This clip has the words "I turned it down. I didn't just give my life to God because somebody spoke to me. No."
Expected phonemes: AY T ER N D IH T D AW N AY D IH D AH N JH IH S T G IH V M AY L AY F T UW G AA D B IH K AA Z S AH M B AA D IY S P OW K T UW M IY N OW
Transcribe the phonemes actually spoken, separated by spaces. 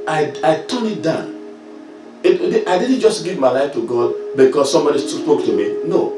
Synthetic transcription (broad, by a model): AY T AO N IH T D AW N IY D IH D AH N JH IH S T G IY V M AY L AY F T UW G AA D B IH K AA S S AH M B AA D IY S P OW K T UW M IY N OW